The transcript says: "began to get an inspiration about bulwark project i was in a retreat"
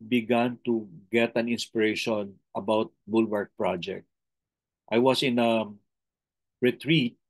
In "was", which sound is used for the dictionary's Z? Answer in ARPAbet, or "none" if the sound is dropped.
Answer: S